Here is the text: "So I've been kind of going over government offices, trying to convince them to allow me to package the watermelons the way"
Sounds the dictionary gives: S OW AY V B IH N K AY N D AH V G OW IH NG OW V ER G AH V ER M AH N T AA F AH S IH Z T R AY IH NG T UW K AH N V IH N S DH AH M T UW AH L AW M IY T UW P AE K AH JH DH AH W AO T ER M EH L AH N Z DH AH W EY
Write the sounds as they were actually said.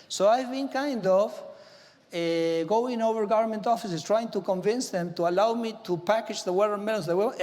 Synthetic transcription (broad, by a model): S OW AY V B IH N K AY N D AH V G OW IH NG OW V ER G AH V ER M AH N T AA F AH S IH S T R AY IH NG T UW K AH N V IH N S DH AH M T UW AH L AW M IY T UW P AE K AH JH DH AH W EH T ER M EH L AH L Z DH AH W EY